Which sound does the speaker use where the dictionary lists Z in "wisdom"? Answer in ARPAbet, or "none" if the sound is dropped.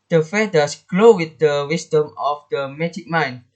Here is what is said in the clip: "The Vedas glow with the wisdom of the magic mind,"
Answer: S